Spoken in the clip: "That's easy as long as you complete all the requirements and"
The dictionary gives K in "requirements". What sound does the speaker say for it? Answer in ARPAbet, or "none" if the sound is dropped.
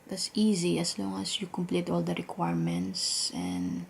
K